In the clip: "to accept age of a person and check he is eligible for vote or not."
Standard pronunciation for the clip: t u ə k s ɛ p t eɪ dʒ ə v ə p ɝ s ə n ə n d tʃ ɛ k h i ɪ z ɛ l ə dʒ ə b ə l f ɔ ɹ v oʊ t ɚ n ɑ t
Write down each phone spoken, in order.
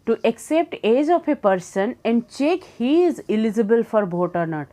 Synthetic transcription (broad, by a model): t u ə k s ɛ p t eɪ dʒ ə f ə p ɝ s ə n ə n d tʃ ɛ k h i ɪ z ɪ l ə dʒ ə b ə l f ɔ ɹ b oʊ t ɚ n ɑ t